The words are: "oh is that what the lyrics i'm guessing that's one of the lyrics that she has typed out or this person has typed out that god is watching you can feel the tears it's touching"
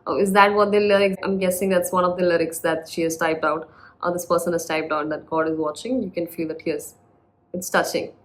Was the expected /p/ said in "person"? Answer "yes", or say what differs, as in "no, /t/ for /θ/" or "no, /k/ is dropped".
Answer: yes